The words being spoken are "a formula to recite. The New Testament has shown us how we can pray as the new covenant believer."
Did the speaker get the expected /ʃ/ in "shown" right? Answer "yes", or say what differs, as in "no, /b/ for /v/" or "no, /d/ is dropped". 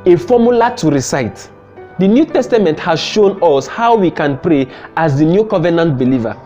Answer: yes